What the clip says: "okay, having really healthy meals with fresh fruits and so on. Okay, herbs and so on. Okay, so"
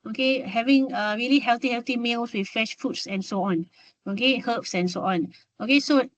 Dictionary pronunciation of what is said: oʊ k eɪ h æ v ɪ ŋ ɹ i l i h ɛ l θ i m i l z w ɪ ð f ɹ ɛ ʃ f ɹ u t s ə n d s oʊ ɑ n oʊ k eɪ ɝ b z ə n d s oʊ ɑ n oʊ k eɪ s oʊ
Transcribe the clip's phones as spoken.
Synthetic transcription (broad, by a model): oʊ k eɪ h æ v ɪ ŋ ɹ i l i h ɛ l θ i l i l s w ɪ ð f ɛ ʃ f u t s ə n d s oʊ ɑ n oʊ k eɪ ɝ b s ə n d s oʊ ɑ n oʊ k eɪ s oʊ